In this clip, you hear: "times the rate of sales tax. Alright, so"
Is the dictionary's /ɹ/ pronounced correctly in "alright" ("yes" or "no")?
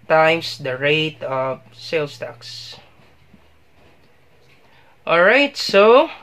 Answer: yes